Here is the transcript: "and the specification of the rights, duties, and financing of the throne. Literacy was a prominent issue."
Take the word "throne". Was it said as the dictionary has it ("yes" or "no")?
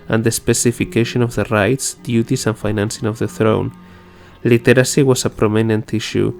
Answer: yes